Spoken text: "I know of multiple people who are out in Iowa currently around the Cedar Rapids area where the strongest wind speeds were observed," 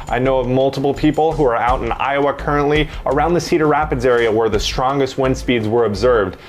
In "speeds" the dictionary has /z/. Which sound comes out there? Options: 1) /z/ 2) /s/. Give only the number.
1